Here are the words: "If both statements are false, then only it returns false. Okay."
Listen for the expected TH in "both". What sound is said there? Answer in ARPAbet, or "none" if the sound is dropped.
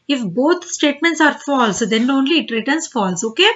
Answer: T